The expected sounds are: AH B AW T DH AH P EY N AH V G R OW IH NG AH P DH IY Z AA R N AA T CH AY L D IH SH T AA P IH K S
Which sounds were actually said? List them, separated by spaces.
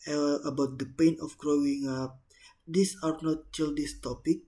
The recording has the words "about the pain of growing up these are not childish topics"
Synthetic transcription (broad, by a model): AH B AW T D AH P EY N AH F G R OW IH NG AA P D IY S AA R N AA T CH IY L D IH S T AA P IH K